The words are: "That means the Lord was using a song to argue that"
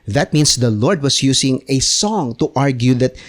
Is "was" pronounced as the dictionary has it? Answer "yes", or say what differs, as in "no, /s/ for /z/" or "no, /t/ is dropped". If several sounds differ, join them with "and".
no, /s/ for /z/